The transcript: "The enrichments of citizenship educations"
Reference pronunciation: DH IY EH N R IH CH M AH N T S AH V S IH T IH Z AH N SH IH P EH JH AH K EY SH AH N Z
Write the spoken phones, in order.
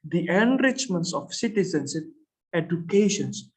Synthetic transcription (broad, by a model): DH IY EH N R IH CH M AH N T S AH F S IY T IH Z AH N S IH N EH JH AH K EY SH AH N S